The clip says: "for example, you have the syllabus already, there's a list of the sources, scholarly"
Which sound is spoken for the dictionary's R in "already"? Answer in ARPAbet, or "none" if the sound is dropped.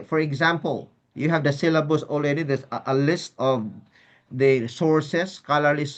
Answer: L